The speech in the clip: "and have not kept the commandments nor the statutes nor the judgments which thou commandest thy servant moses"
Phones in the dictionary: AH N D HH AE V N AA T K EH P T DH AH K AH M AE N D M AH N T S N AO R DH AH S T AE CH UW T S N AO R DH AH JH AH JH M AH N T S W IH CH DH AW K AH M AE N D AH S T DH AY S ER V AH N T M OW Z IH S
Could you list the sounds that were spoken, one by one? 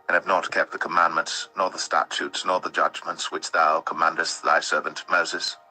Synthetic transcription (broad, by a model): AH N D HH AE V N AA T K EH P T DH AH K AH M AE N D M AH N T S N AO R DH AH S T AE CH UW T S N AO R DH AH JH AH JH M AH N T S W IH CH DH AW K AH M AE N D AH S T DH AY S ER V AH N T M OW Z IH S